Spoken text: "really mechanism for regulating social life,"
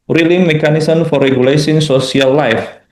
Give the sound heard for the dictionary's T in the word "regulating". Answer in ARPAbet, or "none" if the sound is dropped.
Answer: S